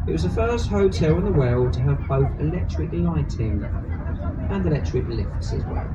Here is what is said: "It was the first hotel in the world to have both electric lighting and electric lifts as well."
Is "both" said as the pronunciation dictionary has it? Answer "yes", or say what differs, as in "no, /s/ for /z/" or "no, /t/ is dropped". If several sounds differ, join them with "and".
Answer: yes